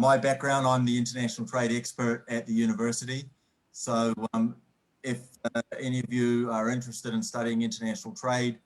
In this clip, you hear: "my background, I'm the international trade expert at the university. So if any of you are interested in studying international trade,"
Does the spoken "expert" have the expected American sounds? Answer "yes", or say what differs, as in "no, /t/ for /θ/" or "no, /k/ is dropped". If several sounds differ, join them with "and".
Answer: yes